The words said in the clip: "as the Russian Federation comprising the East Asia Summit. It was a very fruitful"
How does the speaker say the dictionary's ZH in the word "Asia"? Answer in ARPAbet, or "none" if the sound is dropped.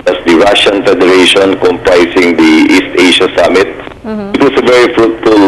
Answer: SH